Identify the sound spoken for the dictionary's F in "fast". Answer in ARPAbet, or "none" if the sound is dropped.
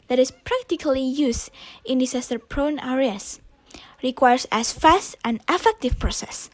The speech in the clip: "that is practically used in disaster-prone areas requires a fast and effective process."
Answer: F